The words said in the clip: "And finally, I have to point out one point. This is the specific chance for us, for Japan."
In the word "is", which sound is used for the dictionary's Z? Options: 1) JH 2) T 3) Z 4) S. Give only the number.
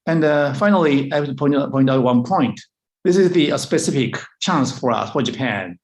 3